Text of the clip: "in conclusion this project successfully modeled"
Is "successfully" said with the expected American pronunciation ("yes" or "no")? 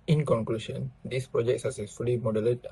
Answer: no